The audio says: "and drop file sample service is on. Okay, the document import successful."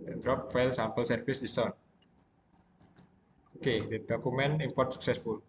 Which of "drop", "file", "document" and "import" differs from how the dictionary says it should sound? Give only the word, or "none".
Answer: document